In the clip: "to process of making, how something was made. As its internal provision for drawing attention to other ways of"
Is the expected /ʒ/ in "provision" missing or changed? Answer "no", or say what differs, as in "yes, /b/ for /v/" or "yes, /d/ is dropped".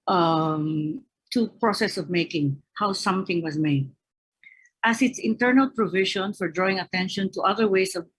yes, /ʃ/ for /ʒ/